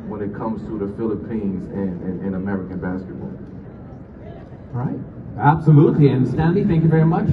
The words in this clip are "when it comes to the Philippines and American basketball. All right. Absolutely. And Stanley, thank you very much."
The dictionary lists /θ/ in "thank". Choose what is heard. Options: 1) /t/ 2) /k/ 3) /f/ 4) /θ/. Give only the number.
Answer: 4